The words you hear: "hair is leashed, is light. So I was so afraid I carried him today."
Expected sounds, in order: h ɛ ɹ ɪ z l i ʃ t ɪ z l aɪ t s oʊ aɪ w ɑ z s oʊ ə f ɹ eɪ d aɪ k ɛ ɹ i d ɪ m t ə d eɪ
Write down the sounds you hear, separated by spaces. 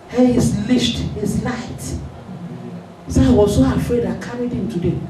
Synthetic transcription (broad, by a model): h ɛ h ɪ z l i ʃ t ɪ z l aɪ t s oʊ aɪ w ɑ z s oʊ ə f ɹ eɪ d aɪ k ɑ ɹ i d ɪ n t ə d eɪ